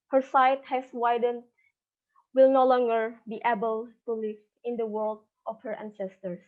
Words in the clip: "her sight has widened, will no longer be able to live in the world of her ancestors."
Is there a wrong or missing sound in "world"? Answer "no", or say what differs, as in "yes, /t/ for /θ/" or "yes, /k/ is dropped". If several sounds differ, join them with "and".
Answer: no